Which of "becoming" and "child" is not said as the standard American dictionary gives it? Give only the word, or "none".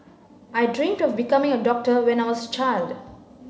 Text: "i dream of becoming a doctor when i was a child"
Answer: none